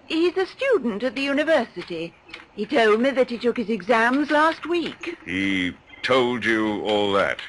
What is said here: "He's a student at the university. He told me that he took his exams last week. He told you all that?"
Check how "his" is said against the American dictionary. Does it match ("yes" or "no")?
yes